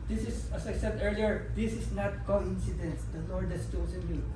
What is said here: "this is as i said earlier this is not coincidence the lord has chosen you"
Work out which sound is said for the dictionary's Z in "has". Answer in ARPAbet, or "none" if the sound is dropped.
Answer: S